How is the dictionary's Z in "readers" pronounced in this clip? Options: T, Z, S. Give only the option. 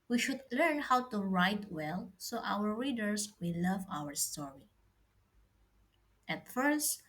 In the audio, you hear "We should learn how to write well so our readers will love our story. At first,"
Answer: S